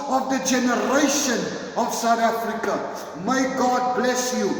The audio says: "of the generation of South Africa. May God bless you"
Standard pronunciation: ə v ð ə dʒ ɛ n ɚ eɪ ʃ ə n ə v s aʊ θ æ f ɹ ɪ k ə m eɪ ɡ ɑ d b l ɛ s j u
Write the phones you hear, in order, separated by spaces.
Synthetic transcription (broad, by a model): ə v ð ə dʒ ɛ n ɚ eɪ ʃ ə n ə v s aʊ t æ f ɹ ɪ k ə m eɪ ɡ ɑ d b l ɛ s j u